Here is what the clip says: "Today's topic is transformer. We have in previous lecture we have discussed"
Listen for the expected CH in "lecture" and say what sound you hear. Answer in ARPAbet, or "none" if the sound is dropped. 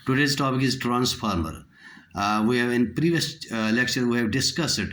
SH